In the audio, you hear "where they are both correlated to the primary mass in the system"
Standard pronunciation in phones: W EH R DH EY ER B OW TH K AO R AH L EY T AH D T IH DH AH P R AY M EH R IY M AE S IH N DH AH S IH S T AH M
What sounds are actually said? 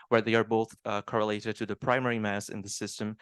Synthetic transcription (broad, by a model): W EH R DH EY ER B OW TH K AO R AH L EY T AH D T IH DH AH P R AY M EH R IY M AE S IH N DH AH S IH S T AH M